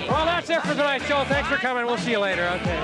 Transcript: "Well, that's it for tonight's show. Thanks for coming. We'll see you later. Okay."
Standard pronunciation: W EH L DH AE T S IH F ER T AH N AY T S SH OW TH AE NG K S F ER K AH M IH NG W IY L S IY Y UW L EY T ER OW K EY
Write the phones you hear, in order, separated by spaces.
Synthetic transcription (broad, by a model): W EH L DH AE T S IH F ER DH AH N AY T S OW TH AE NG K S F ER K AH M IH NG W IY L S IY Y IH L EY T ER OW K EY